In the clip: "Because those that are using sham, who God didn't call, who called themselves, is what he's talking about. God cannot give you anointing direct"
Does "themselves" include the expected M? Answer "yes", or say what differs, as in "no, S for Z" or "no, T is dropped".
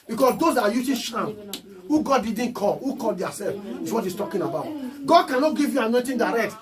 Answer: no, M is dropped